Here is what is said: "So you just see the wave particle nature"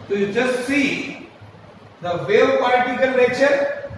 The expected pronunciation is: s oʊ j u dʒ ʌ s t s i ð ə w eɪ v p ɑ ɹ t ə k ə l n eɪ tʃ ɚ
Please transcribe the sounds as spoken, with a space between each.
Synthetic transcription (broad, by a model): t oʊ j u dʒ ʌ s t s i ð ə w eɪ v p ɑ l t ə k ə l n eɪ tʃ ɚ